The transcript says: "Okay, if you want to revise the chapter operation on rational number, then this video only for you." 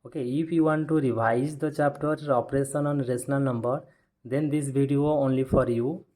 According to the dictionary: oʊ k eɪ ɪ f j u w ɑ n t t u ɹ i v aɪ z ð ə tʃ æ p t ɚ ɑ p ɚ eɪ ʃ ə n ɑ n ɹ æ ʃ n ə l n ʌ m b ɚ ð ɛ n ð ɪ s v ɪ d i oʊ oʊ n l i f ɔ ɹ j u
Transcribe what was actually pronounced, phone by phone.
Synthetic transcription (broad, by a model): oʊ k eɪ ɪ f j u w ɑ n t t u ɹ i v aɪ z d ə tʃ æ p t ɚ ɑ p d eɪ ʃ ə n ɑ n ɹ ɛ s n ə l n ʌ m b ɚ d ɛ n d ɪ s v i d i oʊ oʊ n l i f ɔ ɹ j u